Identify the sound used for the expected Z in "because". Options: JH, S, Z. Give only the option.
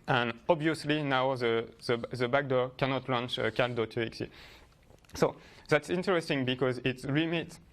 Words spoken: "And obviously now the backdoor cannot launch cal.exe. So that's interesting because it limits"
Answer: Z